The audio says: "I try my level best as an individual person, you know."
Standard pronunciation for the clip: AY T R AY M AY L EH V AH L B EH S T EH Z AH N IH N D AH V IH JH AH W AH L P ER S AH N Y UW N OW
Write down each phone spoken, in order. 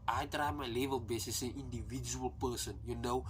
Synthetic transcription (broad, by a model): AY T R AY M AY L EH V AH L B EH S EH S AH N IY N D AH V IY JH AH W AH L P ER S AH N Y UW N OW